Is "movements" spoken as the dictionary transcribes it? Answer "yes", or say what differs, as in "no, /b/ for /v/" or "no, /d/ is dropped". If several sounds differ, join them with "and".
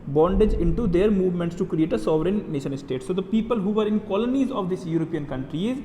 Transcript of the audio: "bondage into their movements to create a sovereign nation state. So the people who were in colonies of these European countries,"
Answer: yes